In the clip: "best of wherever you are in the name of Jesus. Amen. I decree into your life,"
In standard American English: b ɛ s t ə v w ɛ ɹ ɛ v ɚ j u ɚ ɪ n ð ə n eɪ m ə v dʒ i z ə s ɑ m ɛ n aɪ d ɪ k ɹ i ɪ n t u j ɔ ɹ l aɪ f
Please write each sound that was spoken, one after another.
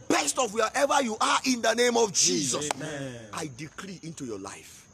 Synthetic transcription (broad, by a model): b ɛ s t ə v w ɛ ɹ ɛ v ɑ j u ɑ ɪ n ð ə n eɪ m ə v dʒ i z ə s ɑ ɪ d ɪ k ɹ i ɪ n t u j ɔ l aɪ f